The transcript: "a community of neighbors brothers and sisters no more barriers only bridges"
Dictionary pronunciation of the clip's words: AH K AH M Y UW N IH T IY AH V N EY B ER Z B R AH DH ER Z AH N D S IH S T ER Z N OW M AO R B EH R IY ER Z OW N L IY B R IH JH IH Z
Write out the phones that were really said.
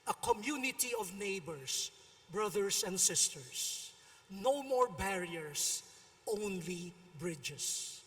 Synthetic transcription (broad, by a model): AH K AH M Y UW N IH T IY AH V N EY B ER S B R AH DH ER S AH N D S IH S T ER S N OW M AO R B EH R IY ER S OW N L IY B R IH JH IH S